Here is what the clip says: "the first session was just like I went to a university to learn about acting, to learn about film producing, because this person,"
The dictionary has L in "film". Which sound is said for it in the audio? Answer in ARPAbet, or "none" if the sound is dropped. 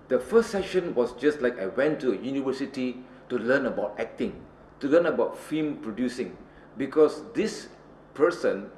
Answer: none